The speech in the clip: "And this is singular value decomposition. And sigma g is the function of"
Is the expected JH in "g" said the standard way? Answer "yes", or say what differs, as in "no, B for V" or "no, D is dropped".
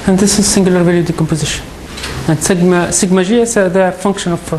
no, ZH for JH